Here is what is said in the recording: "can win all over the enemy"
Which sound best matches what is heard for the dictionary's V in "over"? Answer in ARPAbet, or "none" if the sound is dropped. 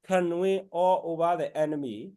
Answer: B